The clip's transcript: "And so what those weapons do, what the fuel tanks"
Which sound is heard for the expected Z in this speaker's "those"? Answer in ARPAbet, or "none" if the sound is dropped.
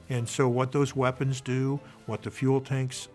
Z